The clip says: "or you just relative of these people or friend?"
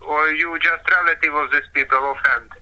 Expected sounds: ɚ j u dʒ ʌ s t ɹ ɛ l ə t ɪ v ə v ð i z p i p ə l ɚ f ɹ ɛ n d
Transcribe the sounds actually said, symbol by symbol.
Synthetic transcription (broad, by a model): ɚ j u dʒ ʌ s t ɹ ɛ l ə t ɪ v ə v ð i s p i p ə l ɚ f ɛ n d